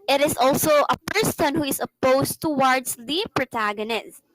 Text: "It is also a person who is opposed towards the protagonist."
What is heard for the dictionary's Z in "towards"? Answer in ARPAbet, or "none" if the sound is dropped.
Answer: S